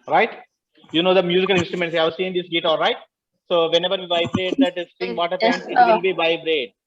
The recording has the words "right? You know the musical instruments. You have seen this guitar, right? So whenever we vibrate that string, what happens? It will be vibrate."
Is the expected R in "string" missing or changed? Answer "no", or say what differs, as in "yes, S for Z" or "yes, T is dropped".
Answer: yes, R is dropped